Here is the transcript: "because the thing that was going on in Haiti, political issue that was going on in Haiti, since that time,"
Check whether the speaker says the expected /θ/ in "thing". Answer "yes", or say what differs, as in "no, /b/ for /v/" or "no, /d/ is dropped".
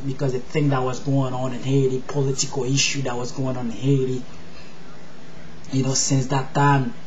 yes